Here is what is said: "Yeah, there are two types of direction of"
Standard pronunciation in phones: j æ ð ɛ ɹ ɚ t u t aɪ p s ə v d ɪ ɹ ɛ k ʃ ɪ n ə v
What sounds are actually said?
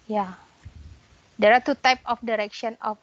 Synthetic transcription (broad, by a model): j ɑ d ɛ ɹ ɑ t u t aɪ p ə f d ɪ ɹ ɛ k ʃ ɪ n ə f